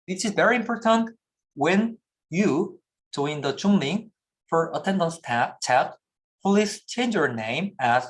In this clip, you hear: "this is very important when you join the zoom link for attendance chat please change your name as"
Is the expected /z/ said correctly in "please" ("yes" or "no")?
no